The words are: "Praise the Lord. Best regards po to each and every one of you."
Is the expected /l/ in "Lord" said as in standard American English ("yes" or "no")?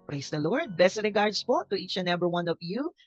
yes